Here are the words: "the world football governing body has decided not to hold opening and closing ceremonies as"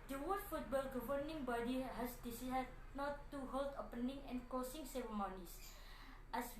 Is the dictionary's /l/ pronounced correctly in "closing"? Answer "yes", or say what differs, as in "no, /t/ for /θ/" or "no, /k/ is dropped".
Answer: no, /l/ is dropped